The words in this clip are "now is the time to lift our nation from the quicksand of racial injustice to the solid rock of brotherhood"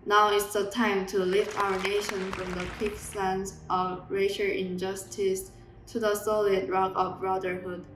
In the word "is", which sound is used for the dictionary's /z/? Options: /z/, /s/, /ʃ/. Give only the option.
/s/